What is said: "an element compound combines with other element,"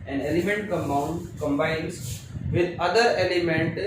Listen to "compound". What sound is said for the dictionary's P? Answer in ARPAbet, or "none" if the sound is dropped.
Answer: none